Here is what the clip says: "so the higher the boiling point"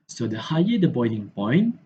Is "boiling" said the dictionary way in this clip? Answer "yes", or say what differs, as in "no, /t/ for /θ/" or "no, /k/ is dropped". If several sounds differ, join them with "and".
no, /n/ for /l/